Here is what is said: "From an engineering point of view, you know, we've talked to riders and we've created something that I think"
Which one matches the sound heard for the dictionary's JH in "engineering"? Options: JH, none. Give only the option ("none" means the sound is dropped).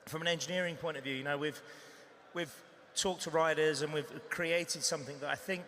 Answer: JH